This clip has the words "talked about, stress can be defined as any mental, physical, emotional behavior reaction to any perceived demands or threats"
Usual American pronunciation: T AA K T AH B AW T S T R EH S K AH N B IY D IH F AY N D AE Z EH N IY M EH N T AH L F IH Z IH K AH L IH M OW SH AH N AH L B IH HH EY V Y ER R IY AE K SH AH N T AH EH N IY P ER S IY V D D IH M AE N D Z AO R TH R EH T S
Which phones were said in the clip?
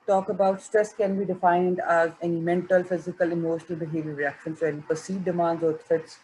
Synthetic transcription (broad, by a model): T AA K AH B AW T S T R EH S K AH N B IY D IH F AY N D AE Z EH N IY M EH N T AH L F IH Z IH K AH L IH M OW SH AH N AH L B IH HH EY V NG R IY AE K SH AH N S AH EH N IY P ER S IY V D D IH M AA N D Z AO R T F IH T S